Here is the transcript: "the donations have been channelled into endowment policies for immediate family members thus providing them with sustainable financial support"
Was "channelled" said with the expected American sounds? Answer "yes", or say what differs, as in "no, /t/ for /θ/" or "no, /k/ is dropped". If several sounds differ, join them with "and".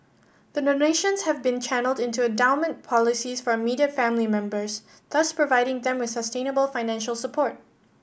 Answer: yes